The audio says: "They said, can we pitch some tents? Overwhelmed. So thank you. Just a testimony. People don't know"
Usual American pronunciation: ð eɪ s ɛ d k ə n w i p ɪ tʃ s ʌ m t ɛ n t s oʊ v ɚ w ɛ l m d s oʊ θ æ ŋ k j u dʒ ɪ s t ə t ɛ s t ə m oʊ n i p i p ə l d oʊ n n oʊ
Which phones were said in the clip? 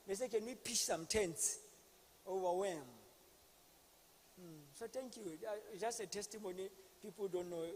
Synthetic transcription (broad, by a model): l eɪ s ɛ k ə n w i p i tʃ s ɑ m t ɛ n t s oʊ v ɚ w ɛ m s oʊ t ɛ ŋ k j u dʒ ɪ s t ə t ɛ s t ə m oʊ n i p i p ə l d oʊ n n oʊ